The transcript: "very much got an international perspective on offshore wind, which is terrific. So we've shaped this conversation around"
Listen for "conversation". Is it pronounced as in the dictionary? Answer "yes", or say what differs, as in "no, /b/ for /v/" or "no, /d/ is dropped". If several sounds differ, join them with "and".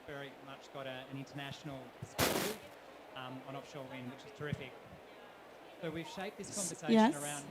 no, /ʃ/ is dropped